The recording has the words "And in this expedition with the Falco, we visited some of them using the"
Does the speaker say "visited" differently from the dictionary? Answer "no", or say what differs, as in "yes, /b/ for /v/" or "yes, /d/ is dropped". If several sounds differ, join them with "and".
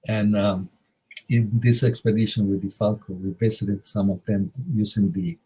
yes, /b/ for /v/ and /s/ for /z/